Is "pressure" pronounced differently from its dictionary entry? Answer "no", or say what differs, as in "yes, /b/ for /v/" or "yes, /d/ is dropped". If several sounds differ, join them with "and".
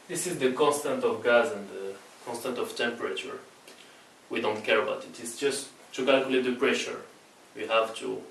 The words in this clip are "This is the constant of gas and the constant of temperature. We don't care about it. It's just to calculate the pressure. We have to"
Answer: no